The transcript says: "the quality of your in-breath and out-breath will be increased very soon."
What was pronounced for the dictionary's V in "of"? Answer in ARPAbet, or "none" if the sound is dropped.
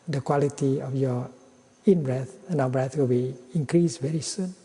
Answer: F